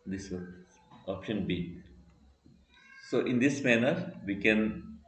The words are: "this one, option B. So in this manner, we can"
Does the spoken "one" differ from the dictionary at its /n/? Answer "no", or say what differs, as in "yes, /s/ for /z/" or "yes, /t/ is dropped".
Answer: yes, /n/ is dropped